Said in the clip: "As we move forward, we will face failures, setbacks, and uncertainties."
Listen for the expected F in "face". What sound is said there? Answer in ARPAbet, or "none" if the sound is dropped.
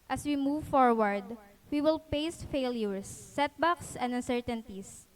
P